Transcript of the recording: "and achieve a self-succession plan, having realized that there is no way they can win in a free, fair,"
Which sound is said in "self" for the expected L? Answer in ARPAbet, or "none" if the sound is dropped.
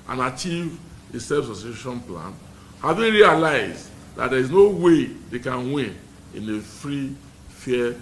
none